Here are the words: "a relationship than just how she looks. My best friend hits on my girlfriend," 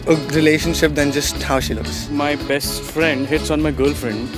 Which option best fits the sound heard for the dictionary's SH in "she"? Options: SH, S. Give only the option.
SH